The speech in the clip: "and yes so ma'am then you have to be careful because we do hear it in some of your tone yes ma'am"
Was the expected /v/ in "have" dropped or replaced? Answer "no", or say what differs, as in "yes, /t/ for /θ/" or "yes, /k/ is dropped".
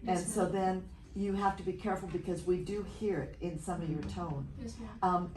yes, /f/ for /v/